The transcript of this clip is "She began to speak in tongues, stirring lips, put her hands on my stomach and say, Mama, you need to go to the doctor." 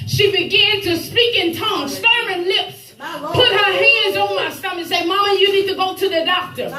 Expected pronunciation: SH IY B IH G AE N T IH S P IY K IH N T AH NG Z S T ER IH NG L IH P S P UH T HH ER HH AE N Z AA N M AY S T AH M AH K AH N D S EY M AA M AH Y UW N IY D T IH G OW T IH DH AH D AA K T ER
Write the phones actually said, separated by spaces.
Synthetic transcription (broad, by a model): SH IY B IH G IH N T IH S P IY K IH N T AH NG S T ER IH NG L IH P S P UH T HH ER HH AE N Z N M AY S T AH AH AH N S EY M AA M AH Y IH N IY D T IH G OW T IH DH AH D AA K T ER